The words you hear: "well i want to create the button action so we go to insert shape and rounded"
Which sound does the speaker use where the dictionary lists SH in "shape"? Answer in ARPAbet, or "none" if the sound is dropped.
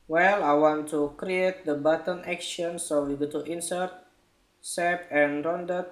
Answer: S